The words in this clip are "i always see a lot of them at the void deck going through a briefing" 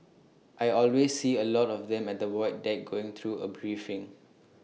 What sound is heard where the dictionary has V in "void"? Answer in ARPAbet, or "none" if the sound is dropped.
W